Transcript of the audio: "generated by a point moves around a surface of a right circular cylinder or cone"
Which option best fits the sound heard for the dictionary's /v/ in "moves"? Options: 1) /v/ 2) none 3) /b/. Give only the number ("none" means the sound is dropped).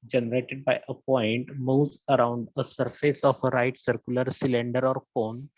2